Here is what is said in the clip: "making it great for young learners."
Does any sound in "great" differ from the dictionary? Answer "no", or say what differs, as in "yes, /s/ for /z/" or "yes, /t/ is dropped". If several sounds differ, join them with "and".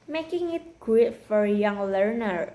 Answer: yes, /w/ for /ɹ/